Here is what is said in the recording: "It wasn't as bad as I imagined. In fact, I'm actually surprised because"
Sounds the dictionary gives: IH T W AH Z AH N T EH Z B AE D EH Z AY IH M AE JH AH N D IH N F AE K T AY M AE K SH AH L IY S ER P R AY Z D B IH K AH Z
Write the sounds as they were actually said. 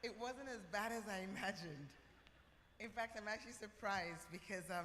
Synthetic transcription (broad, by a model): IH T W AH Z AH N T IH Z B AE D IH Z AY IH M AE JH AH N D IH N F AE K T AY M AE K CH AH L IY S ER P R AY Z D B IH K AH Z